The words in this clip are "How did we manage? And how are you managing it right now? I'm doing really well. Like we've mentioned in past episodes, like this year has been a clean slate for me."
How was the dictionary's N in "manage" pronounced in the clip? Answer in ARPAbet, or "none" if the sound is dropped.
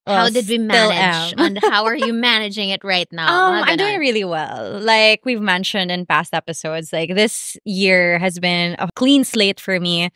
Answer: L